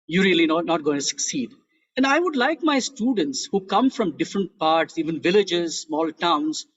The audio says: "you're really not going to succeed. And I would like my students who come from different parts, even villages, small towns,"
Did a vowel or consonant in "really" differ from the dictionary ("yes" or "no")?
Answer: yes